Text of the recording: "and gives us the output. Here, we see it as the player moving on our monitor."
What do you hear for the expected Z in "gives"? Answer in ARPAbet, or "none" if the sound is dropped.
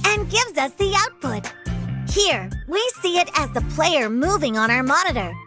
Z